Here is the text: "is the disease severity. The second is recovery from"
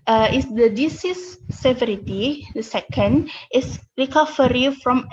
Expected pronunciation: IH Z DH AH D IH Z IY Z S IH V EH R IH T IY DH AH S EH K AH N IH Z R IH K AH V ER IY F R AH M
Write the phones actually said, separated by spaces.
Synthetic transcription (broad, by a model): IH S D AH D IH S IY S IH V EH R IH T IY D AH S EH K AH N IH S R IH K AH F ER IY F R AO M